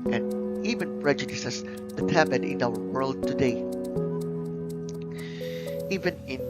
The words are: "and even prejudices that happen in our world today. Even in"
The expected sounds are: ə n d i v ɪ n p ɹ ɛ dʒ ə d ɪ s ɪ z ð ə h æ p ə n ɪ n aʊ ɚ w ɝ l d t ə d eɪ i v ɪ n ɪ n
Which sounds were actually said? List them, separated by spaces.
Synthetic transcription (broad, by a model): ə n i v ɪ n p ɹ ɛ dʒ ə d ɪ s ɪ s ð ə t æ b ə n ɪ n aʊ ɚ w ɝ l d t ə d eɪ i v ɪ n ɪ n